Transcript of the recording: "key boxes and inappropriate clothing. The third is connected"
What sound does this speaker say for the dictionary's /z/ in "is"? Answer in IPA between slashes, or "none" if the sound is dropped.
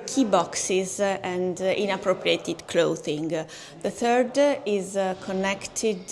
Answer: /z/